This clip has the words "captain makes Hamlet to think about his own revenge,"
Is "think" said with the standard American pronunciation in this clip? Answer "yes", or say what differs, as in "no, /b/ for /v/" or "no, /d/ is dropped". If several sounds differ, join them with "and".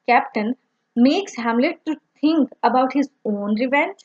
no, /t/ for /θ/